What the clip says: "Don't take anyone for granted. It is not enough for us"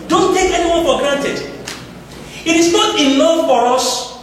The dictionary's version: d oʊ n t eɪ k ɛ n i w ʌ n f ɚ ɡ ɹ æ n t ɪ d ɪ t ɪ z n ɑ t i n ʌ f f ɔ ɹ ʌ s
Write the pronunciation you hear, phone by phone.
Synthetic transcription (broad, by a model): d oʊ n t eɪ k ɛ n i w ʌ n f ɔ ɡ ɹ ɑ n t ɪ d ɪ t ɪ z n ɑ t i l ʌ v f ɔ ɹ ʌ s